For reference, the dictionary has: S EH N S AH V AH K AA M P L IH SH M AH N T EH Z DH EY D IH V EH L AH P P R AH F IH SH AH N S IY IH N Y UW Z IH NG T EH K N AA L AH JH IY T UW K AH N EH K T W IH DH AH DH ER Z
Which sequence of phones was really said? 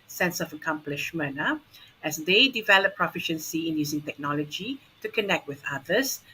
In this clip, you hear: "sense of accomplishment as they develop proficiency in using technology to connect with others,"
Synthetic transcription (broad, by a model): S EH N S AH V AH K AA M P L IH SH M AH N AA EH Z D EY D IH V EH L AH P P R AH F IH SH AH N S IY IH N Y UW Z IH NG T EH K N AA L AH JH IY T UW K AH N EH K T W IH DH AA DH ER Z